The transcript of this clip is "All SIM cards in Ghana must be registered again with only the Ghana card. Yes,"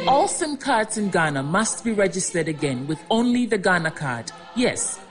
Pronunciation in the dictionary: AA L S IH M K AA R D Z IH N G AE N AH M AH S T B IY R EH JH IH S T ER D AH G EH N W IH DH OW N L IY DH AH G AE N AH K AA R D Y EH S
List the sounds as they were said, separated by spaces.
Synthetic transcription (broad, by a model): AA L S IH M K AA R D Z IH N G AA N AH M AH S T B IY R EH JH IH S T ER D AH G EH N W IH DH OW N L IY DH AH G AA N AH K AA R D Y EH S